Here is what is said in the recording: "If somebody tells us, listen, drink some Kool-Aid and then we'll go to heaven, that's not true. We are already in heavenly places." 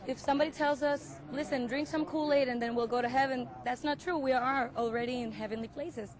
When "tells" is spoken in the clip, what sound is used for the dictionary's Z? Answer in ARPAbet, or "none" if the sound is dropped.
Z